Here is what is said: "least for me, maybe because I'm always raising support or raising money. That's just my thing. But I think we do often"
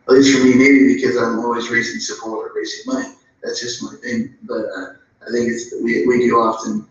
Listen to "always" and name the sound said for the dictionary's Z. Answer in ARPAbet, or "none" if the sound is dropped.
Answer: Z